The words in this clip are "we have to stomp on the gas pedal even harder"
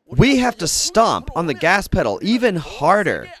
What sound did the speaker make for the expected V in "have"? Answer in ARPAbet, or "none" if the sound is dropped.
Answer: F